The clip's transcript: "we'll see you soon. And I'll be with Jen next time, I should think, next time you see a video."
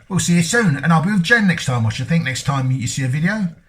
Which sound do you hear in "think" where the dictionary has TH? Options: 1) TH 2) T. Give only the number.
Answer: 1